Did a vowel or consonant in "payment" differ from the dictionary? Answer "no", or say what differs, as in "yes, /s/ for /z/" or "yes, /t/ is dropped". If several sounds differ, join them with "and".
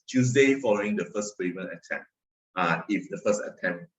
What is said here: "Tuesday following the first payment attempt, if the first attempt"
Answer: yes, /t/ is dropped